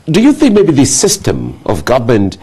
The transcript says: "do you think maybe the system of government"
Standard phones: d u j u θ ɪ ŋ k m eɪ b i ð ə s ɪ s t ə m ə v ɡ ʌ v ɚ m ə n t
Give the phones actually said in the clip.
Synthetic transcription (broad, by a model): d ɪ j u θ ɪ ŋ k m eɪ b i ð ə s ɪ s t ə m ə v ɡ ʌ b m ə n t